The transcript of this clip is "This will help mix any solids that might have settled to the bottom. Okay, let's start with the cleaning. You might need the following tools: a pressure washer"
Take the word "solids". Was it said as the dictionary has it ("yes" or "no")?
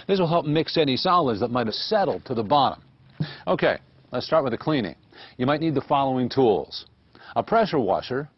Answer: yes